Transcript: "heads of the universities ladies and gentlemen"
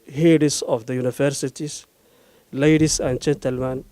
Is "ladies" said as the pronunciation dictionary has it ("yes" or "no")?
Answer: no